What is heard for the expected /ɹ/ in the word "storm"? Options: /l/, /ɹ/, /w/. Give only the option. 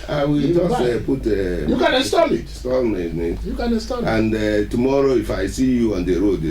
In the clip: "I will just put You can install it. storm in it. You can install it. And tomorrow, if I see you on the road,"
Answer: /l/